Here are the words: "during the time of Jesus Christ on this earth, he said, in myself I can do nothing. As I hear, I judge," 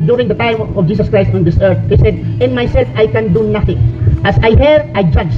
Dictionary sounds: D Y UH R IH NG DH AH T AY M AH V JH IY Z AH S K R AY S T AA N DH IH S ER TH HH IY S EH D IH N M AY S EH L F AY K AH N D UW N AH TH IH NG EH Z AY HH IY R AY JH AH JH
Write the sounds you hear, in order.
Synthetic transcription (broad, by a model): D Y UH R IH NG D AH T AY M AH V JH IY S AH S K R AY S T AA N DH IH S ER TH HH IY S EH D IH N M AY S EH L F AY K AH N D UW N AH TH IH NG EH S AY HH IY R AY JH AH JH